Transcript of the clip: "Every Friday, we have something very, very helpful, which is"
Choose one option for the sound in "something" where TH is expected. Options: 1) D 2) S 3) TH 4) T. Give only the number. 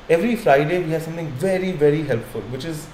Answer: 4